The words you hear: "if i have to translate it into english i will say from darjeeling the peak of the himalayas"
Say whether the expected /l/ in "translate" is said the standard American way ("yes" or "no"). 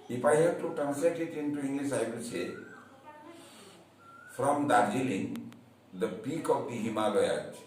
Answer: no